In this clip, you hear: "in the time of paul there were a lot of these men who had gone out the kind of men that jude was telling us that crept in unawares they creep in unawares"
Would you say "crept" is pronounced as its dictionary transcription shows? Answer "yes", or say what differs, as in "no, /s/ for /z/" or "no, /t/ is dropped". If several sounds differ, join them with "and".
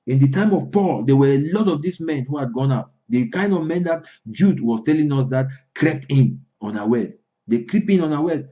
yes